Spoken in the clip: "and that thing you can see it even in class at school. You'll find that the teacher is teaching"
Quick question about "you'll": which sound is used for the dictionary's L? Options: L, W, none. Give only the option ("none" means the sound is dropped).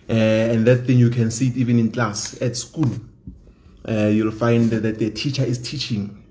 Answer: L